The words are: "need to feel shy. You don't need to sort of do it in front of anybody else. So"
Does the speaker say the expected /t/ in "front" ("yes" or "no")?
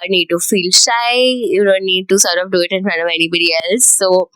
no